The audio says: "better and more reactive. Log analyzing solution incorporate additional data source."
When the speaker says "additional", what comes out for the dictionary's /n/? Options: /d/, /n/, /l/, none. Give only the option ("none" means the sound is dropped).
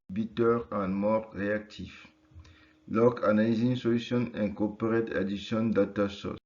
none